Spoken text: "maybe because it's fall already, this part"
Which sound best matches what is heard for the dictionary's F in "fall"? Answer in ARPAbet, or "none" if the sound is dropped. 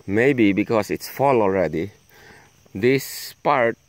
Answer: F